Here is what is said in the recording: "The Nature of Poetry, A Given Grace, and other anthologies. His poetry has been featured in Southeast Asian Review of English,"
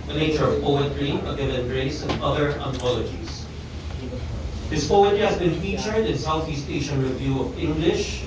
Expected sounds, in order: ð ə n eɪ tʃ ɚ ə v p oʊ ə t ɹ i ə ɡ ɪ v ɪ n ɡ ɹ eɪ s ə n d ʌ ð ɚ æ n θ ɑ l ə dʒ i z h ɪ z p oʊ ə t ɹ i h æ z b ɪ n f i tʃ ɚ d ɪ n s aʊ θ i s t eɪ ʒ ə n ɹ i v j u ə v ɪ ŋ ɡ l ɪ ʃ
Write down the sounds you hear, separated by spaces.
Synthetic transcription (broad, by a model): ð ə n eɪ tʃ ɚ ə v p oʊ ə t ɹ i ə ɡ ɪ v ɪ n ɹ eɪ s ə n ʌ ð ɚ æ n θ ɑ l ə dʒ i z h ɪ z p oʊ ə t ɹ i h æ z b ɪ n f i tʃ ɚ d ɪ n s aʊ θ i s t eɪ ʃ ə n ɹ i v j u ə v ɪ ŋ ɡ l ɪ ʃ